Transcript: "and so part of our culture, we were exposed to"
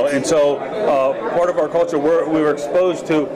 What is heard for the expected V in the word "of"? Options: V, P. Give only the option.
V